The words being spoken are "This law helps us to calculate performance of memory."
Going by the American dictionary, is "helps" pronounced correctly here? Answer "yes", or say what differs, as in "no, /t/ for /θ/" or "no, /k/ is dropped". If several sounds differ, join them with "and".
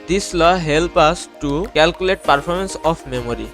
no, /s/ is dropped